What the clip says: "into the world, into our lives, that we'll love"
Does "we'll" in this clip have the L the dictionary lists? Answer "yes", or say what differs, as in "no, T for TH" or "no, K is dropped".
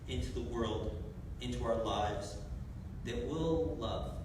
yes